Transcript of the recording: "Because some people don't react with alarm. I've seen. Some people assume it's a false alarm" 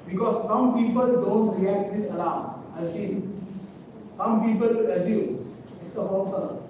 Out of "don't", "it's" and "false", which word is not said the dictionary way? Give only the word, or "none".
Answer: false